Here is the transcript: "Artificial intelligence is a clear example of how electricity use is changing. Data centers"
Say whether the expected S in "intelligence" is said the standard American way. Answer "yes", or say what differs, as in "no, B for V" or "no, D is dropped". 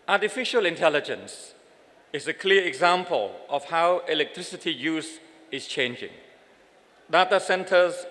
yes